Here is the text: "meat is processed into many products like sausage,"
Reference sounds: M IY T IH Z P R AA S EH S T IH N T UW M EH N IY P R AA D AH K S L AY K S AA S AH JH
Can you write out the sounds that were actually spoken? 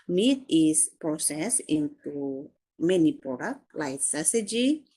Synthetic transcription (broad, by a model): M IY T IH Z P R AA S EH S IH N T UW M EH N IY P R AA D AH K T L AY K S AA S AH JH